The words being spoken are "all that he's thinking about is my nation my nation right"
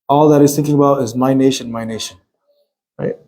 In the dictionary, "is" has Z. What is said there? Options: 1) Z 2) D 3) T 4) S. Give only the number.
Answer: 1